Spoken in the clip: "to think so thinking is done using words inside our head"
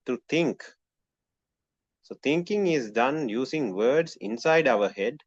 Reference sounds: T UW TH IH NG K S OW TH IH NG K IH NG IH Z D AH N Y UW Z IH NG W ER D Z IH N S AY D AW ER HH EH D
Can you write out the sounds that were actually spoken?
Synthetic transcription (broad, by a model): T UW T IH NG K S OW T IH NG K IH NG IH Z D AH N Y UW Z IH NG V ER D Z IH N S AY D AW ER HH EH D